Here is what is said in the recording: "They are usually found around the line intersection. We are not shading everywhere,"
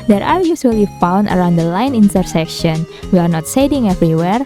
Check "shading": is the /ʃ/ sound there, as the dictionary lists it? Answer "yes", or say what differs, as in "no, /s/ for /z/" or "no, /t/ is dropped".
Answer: no, /s/ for /ʃ/